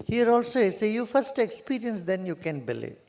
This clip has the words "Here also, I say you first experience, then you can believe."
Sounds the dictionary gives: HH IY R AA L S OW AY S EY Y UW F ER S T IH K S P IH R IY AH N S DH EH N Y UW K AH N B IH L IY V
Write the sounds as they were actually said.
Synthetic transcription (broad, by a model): HH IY R AA L S OW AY S EY Y UW F ER S T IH K S P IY R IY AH N S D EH N Y UW K AH N B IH L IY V